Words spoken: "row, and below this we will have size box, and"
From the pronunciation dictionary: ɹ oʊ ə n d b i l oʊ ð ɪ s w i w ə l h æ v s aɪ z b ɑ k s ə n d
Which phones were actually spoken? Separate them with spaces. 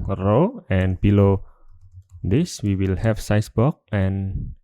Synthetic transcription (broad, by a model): ɹ oʊ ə n b i l oʊ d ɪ s w i w ə l h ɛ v s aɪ s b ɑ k ə n